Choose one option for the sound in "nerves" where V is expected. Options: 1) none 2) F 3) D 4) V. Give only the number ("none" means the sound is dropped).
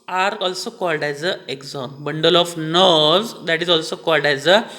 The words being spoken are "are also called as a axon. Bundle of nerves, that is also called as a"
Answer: 1